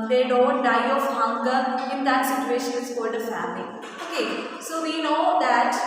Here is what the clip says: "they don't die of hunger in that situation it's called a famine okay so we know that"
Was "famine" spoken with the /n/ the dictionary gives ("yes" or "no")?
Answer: no